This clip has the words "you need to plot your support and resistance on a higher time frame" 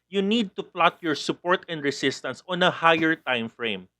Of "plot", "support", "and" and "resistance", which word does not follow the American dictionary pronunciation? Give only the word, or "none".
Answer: resistance